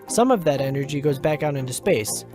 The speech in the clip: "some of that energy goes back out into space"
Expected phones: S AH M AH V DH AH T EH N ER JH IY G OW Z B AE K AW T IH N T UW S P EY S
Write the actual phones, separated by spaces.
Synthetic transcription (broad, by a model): S AH M AH V DH AH T EH N ER JH IY G OW Z B AE K AW T IH N T UW S P EY S